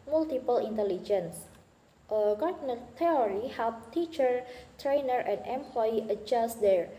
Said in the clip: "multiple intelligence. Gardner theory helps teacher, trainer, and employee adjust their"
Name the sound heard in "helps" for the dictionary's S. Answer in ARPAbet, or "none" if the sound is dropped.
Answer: none